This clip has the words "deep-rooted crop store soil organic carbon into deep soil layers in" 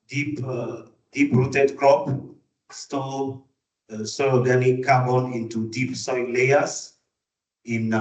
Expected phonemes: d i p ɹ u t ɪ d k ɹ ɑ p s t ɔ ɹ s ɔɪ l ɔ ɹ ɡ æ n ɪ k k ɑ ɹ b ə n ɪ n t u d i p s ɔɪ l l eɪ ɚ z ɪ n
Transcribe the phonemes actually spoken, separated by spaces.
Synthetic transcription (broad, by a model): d i p ɹ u t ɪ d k ɹ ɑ p s t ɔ l s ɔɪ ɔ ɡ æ n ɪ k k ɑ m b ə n ɪ n t u d i p s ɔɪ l l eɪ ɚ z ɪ n